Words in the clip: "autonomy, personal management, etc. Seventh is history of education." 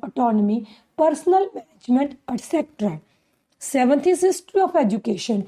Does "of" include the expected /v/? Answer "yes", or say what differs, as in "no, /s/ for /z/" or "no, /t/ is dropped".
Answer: no, /p/ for /v/